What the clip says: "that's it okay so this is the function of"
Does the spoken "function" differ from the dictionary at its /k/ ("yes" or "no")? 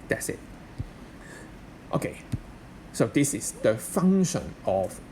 yes